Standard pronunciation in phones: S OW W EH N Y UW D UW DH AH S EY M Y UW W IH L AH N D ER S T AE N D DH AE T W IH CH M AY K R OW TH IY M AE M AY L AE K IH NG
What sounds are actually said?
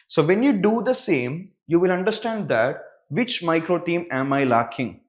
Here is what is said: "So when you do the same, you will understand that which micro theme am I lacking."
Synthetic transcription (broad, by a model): S OW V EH N Y UW D UW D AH S EY M Y UW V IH L AH N D ER S T AE N D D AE T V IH CH M AY K R OW T IY M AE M AY L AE K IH NG